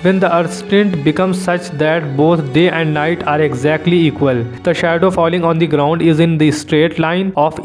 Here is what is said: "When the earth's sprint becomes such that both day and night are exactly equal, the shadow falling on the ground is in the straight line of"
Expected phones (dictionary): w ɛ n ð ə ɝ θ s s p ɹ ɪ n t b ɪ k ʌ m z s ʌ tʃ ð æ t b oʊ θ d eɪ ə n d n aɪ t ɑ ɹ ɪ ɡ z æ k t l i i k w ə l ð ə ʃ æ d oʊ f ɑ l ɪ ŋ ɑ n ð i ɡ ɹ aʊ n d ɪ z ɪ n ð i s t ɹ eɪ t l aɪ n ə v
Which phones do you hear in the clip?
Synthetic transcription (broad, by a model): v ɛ n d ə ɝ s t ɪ n t b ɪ k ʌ m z s ʌ tʃ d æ t b oʊ t d eɪ ə n d n aɪ t ɑ ɹ ɪ ɡ z æ k t l i i k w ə l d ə ʃ æ d oʊ f ɑ l ɪ ŋ ɑ n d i ɡ ɹ aʊ n d ɪ z ɪ n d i s t ɹ eɪ t l aɪ n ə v